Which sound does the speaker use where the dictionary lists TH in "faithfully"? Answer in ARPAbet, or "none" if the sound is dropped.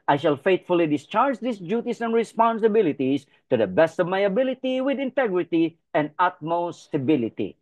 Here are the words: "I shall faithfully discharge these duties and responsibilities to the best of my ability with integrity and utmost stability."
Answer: T